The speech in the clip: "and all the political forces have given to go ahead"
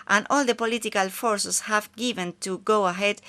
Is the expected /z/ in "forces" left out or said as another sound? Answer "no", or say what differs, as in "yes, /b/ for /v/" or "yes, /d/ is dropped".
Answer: yes, /s/ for /z/